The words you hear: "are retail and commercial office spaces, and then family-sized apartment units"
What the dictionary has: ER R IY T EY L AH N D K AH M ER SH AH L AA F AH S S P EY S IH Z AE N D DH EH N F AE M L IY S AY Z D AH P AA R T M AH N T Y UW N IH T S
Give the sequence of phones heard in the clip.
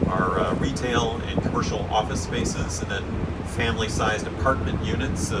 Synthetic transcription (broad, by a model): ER R IY T EY L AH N K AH M ER SH L AA F AH S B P EY S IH Z N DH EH N F AE M L IY S AY Z D AH P AA R T M AH N T Y UW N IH T S